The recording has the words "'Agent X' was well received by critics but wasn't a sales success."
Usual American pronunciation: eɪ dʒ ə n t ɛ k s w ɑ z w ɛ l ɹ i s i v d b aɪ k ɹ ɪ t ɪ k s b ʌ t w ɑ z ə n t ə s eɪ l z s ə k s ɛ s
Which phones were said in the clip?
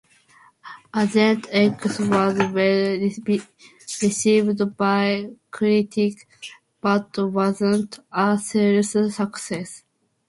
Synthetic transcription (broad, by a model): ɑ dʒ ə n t ɛ k s w ɑ z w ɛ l ɹ i s i v d b aɪ k ɹ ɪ t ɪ k b ʌ t w ɑ z ə n t ə s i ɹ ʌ s ə k s ɛ s